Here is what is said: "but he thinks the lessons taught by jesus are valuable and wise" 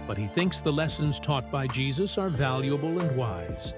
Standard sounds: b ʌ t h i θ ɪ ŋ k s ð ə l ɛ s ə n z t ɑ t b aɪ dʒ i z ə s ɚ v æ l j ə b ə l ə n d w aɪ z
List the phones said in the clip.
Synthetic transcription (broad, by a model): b ʌ t h i θ ɪ ŋ k s ð ə l ɛ s ə n z t ɑ t b aɪ dʒ i z ə s ɚ v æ l j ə b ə l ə n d w aɪ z